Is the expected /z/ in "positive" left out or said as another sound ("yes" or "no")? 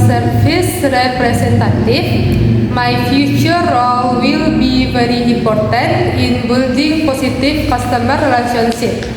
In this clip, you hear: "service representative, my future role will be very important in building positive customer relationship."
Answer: yes